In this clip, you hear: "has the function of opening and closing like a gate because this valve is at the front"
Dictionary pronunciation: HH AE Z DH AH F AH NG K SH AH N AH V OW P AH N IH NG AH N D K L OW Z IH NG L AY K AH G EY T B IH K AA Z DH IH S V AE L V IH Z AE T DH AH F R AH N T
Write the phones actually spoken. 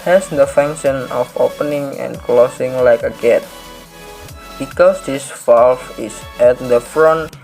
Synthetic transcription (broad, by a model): HH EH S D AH F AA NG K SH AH N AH F OW P AH N IH NG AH N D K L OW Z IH NG L AY K AH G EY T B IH K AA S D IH S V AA L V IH S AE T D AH F R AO N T